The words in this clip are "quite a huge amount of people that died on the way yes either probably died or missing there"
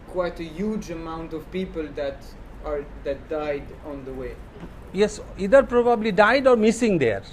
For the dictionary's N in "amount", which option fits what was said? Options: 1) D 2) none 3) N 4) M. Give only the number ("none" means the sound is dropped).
3